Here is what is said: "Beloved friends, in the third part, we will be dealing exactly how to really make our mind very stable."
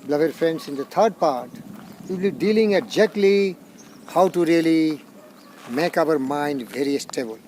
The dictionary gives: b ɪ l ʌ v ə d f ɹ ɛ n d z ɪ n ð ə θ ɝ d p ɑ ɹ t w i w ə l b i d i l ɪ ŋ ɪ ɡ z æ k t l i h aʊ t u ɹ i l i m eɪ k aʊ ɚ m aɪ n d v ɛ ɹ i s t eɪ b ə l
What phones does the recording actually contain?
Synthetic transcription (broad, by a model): b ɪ l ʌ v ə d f ɹ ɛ n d s ɪ n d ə t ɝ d p ɑ ɹ t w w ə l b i d i l ɪ ŋ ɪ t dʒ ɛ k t l i h aʊ t u ɹ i l i m eɪ k aʊ ɚ m aɪ n d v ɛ ɹ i s t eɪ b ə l